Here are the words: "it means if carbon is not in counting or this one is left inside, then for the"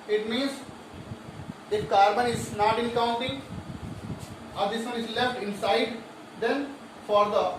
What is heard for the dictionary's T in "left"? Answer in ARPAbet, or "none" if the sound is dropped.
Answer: T